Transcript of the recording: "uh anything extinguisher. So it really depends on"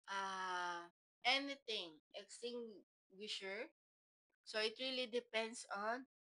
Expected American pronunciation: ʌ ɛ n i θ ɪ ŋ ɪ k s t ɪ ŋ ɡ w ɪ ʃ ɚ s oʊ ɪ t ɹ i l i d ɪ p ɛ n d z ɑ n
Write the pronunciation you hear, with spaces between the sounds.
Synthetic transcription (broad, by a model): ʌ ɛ n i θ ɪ ŋ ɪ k s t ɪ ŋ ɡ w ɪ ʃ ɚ s oʊ ɪ t ɹ i l i d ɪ p ɛ n d s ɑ n